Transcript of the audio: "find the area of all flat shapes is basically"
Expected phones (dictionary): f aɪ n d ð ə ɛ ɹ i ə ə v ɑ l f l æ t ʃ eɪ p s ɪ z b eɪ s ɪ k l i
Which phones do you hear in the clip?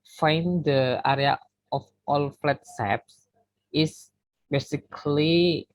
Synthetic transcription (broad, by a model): f aɪ n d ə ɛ ɹ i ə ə f ɑ l f l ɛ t s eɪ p s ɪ s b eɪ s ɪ k l i